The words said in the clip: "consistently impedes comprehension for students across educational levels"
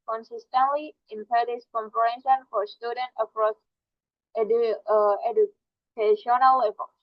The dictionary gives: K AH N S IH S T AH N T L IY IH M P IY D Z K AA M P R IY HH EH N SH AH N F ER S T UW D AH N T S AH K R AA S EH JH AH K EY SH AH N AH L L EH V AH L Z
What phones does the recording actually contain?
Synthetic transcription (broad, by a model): K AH N S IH S T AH N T L IY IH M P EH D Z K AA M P IY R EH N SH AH N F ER S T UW D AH N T AH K R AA S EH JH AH K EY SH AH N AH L L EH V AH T